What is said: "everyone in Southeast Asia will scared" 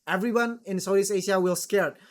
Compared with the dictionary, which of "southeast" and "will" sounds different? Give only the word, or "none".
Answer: southeast